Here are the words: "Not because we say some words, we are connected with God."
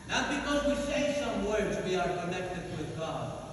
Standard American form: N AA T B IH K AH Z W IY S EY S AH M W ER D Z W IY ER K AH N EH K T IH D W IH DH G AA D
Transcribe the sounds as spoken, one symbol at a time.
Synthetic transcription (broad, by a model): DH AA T B IH K AH Z W IY S EY S AH M W ER D Z W IY ER K AH N EH K T IH D W IH DH G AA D